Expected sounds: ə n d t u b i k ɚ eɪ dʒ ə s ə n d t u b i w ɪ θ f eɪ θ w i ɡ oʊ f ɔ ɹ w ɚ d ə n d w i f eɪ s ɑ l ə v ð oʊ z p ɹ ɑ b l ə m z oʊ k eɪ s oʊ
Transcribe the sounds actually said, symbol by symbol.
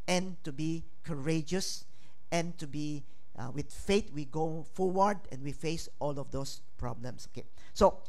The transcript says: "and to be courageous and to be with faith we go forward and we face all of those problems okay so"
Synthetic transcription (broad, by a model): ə n t u b i k ɚ eɪ dʒ ə s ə n t u b i w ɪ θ f eɪ t w i ɡ oʊ f ɔ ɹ w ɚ d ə n w i f eɪ s ɑ l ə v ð oʊ s p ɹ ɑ b l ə m s oʊ k eɪ s oʊ